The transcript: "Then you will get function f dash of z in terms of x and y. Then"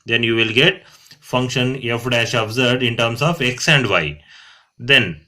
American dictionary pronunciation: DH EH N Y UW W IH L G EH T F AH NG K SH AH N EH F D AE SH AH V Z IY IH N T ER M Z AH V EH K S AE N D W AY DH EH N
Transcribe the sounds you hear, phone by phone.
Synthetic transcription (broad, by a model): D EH N Y UW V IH L G EH T F AH NG K SH AH N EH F D AE SH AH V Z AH IH N T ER M S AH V EH K S AE N D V AY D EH N